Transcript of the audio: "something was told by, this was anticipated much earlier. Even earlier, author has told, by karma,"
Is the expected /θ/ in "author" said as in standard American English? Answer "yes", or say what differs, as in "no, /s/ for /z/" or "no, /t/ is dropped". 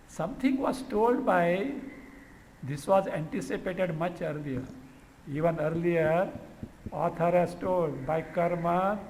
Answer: no, /t/ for /θ/